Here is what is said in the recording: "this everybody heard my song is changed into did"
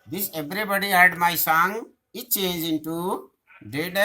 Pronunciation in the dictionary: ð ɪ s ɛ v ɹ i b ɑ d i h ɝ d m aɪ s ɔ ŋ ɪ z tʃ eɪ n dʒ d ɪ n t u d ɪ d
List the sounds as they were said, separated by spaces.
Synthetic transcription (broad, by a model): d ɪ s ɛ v ɹ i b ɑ d i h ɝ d m aɪ s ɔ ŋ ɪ tʃ eɪ n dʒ ɪ n t u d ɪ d